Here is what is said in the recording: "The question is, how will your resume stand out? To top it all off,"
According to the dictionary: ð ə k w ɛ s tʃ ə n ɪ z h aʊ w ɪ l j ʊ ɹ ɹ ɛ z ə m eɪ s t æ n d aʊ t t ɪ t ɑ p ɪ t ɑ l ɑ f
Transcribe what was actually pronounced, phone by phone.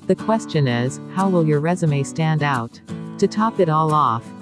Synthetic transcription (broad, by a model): ð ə k w ɛ s tʃ ə n ɪ z h aʊ w ɪ l j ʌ ɹ ɹ ɛ z ə m eɪ s t æ n d aʊ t t ɪ t ɑ p ɪ t ɑ l ɑ f